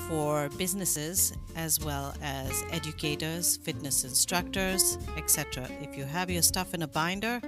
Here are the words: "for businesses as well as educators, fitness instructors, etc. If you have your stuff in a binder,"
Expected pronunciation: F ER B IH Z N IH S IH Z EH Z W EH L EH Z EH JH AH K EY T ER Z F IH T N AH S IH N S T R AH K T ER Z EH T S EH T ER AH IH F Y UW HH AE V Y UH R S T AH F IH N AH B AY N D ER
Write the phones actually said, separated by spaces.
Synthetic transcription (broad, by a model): F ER B IH Z N IH S IH Z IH Z W EH L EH Z EH JH AH K EY T ER Z F IH T N AH S IH N S T R AH K T ER Z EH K S EH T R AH IH F Y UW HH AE V Y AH R S T AH F IH N AH B AY N D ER